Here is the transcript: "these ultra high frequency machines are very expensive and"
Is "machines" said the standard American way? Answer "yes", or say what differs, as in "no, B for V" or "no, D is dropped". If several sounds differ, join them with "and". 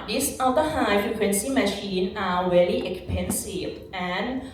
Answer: no, Z is dropped